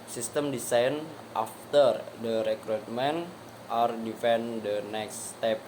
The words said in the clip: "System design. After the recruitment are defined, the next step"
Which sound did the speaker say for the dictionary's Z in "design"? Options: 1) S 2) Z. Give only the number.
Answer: 1